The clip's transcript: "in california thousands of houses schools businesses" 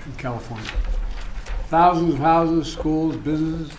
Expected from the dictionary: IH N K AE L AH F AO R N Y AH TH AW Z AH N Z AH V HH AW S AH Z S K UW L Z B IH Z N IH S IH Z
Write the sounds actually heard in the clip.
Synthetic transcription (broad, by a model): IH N K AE L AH F AO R N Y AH TH AW Z AH N Z AH V HH AW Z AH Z S K UW L Z B IH Z N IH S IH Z